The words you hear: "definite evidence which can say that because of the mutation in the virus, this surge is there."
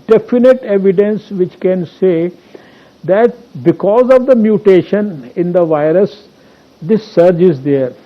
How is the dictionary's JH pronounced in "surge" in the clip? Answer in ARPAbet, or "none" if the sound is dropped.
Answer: JH